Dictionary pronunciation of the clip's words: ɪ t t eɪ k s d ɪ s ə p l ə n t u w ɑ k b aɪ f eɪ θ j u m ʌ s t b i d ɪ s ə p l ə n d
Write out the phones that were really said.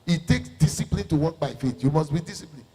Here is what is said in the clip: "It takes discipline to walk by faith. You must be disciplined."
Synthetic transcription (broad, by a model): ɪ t t eɪ k s d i s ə p l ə n t u w ɑ k b aɪ f eɪ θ j u m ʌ s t b i d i s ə p l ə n